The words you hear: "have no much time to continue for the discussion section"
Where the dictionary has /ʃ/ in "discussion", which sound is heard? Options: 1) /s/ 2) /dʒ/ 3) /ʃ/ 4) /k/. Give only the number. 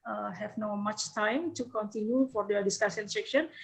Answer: 1